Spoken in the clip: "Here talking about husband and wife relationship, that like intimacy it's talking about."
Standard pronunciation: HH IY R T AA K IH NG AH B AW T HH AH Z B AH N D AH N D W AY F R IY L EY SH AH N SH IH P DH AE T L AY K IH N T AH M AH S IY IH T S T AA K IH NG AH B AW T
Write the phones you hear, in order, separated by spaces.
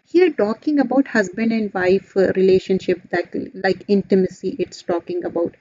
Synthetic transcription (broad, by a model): HH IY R T AA K IH NG AH B AW T HH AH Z B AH N AH N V AY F R IY L EY SH AH N SH IH P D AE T L AY K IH N T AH M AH S IY IH T S T AA K IH NG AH B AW T